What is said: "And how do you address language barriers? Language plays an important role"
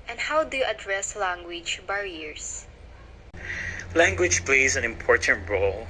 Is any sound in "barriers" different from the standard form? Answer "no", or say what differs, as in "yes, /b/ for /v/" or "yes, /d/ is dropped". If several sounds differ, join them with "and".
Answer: yes, /s/ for /z/